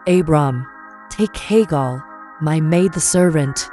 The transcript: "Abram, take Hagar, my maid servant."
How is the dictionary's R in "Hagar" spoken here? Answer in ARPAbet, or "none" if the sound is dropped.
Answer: L